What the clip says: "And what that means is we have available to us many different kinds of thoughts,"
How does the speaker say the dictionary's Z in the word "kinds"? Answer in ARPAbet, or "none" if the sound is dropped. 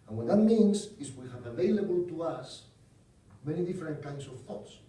S